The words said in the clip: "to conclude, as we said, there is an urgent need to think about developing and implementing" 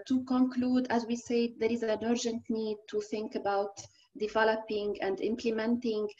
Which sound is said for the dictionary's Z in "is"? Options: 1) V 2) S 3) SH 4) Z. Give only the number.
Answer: 4